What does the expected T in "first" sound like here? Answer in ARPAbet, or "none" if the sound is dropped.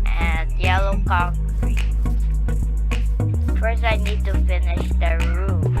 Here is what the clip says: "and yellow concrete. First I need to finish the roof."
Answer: none